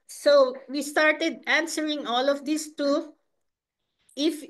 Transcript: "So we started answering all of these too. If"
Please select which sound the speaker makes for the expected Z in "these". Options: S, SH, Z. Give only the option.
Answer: S